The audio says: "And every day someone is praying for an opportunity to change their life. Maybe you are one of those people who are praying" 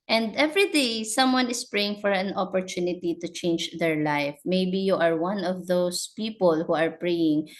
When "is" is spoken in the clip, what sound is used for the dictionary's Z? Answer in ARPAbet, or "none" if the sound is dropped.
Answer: S